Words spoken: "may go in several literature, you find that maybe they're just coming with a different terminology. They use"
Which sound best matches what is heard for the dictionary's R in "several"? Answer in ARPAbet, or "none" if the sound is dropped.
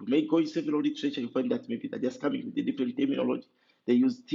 none